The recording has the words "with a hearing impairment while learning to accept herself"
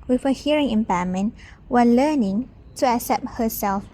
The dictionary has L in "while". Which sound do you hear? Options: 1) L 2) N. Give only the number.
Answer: 2